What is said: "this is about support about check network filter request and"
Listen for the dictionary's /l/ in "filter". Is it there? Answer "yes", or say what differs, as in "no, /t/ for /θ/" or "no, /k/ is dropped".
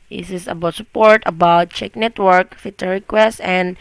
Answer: no, /l/ is dropped